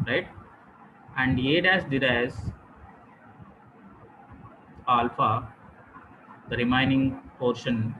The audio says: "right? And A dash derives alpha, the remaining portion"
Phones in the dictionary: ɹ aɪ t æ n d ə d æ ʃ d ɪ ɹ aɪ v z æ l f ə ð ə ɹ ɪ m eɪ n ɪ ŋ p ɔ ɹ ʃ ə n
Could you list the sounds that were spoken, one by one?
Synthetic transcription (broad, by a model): ɹ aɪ t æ n d ə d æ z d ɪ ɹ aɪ z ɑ l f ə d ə ɹ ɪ m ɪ n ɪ ŋ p ɔ ɹ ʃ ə n